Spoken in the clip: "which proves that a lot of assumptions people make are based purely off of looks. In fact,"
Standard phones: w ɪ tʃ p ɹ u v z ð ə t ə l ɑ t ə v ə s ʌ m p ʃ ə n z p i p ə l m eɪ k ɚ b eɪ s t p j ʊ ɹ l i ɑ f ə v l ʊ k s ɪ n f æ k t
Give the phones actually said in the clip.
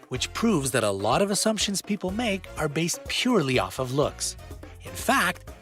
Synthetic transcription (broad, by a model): w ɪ tʃ p ɹ u v z ð ə t ə l ɑ t ə v ə s ʌ m p ʃ ə n z p i p l m eɪ k ɚ b eɪ s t p j ʊ ɹ l i ɑ f ə v l ʊ k s ɪ n f æ k t